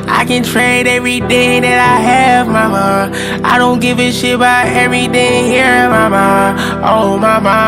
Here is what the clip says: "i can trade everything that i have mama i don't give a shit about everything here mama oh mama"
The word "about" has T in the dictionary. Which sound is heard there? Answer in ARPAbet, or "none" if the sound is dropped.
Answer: none